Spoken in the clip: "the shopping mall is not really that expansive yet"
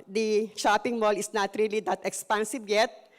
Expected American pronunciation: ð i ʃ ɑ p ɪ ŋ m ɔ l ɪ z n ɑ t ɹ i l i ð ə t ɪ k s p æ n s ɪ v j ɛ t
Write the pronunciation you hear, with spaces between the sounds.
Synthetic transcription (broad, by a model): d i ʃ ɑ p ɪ ŋ m ɔ l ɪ s n ɑ t ɹ i l i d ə t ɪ k s p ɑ n s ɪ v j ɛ t